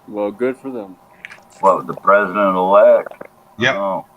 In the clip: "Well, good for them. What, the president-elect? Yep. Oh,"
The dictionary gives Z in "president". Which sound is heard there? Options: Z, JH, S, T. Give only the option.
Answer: Z